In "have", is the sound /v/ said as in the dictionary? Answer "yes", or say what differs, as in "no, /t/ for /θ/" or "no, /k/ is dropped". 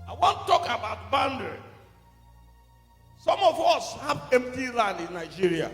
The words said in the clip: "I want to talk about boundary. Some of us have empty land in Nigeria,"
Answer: no, /p/ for /v/